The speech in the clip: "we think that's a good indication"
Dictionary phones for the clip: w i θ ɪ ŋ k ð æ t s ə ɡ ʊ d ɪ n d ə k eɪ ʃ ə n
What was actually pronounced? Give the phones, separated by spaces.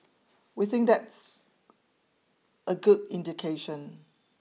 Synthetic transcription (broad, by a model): w i θ ɪ ŋ k ð æ t s ə ɡ ʊ d ɪ n d ə k eɪ ʃ ə n